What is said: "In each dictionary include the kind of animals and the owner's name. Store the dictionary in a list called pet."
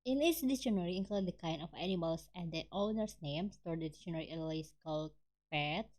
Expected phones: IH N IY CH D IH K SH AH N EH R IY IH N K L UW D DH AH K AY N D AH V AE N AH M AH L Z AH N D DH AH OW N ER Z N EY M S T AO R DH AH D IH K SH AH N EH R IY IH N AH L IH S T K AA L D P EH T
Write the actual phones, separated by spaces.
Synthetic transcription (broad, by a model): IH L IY S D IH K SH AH N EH R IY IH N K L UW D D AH K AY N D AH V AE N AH M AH L S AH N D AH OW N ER S N EY M S T AO R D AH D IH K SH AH N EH R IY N AH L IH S K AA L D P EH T